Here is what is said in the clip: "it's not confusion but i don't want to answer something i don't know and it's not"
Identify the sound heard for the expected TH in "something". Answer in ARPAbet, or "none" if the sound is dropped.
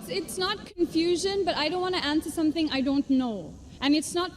TH